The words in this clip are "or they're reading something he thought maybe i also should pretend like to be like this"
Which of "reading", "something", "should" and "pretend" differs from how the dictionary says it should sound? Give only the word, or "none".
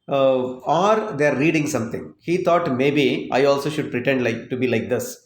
something